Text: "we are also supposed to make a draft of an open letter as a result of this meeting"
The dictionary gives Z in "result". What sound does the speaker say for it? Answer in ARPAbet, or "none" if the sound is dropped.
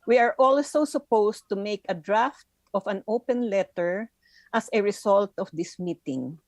S